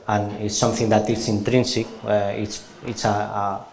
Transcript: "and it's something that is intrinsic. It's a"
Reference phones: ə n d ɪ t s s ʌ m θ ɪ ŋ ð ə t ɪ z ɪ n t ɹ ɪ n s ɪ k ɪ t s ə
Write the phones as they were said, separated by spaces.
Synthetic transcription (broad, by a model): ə n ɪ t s s ʌ m θ ɪ ŋ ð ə t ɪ s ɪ n t ɹ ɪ n s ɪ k ɪ t s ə